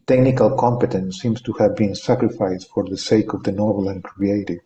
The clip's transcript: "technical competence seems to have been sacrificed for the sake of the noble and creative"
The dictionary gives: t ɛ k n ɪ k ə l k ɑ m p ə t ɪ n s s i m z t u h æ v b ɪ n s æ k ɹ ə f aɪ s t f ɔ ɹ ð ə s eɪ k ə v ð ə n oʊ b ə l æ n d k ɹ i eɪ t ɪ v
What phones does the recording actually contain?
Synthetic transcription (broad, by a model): t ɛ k n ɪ k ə l k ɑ m p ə t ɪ n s s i m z t u h æ v b ɪ n s æ k ɹ ə f aɪ s t f ɔ ɹ ð ə s eɪ k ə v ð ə n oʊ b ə l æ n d k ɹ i eɪ t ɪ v